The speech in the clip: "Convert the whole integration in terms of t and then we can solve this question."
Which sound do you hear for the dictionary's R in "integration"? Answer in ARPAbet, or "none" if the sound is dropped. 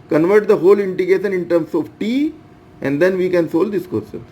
none